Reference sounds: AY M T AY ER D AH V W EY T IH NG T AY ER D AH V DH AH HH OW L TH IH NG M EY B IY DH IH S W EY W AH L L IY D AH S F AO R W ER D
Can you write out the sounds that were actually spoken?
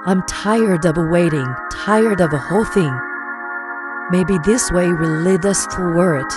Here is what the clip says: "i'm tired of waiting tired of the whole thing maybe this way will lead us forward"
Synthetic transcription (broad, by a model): AY M T AY ER D AH V W EY T IH NG T AY ER D AH V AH HH OW L TH IH NG M EY B IY DH IH S W EY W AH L L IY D AH S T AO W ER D